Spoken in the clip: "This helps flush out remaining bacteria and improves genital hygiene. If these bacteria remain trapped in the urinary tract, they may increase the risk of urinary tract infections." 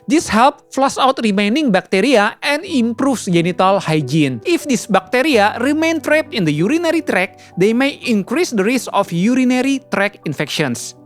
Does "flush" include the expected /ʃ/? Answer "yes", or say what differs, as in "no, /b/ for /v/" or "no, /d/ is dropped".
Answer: no, /s/ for /ʃ/